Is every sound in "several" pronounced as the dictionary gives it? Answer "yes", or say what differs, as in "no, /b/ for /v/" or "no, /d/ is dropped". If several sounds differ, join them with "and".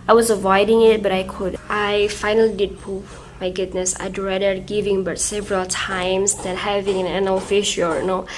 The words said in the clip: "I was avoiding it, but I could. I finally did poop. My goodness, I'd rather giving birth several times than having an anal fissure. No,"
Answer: yes